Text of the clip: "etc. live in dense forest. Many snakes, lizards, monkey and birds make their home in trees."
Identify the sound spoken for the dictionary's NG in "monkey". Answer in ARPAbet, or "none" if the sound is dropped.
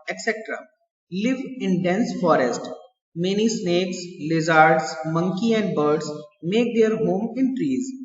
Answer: NG